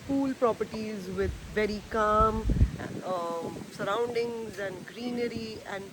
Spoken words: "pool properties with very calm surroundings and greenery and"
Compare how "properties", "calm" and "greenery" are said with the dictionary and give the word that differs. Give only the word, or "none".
none